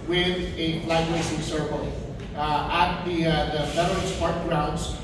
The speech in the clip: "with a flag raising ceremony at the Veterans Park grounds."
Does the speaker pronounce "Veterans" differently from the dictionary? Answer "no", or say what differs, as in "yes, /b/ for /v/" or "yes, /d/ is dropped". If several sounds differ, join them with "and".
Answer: yes, /f/ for /v/